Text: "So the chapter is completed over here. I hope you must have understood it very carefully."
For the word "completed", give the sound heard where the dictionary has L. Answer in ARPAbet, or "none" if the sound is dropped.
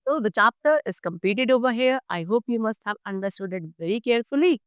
none